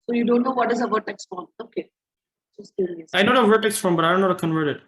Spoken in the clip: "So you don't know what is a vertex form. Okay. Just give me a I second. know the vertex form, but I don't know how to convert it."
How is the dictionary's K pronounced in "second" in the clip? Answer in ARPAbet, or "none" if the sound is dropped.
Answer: none